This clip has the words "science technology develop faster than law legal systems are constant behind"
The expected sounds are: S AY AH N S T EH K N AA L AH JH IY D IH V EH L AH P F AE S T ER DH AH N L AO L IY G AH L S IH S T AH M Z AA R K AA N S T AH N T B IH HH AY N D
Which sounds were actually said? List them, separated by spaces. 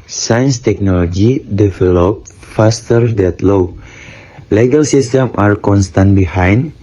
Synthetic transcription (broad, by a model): S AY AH N S T EH K N AA L AH JH IY D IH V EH L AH P F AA S T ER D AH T L AO L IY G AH L S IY S T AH M AA R K AA N S T AH N T B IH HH AY N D